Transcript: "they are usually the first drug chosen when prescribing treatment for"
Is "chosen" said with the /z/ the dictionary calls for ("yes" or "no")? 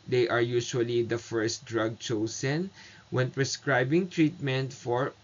no